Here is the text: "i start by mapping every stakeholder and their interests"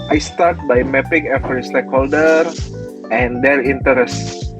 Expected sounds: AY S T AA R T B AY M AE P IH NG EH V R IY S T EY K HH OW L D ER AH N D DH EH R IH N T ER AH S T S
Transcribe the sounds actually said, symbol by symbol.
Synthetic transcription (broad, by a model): AY S T AA R T B AY M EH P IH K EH F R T S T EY K HH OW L D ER AH N D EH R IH N T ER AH S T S